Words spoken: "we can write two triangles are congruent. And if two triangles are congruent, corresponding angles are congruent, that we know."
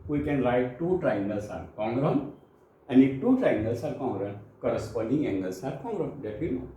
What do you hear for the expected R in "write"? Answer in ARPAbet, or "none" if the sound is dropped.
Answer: L